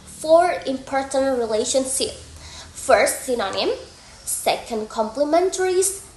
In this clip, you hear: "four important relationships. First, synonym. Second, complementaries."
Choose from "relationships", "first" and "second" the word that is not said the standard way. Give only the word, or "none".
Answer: relationships